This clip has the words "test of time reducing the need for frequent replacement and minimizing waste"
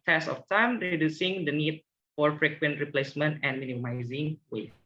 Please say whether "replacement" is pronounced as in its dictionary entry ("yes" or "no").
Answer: yes